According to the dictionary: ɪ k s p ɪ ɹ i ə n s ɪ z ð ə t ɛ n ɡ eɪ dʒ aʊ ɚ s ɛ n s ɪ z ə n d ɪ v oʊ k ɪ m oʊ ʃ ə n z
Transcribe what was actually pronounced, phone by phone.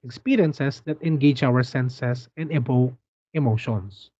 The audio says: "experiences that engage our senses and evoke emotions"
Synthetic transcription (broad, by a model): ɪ k s p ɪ ɹ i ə n s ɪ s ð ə t ɛ n ɡ eɪ dʒ aʊ ɚ s ɛ n s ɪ s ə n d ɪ b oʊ ɪ m oʊ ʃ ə n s